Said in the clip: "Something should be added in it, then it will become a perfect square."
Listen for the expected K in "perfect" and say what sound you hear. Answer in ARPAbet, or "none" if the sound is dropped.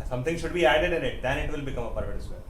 none